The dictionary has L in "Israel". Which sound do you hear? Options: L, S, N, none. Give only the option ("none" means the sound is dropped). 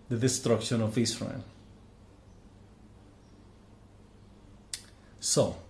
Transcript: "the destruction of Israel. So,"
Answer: N